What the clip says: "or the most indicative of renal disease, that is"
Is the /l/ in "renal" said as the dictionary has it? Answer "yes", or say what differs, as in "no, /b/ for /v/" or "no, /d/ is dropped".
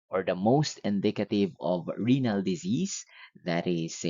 yes